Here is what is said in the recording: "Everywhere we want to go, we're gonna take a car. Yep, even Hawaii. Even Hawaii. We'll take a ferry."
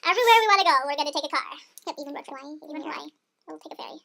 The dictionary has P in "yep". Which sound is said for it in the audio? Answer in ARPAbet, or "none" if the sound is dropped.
none